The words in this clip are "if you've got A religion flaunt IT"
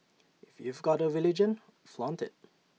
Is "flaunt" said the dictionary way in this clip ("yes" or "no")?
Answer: yes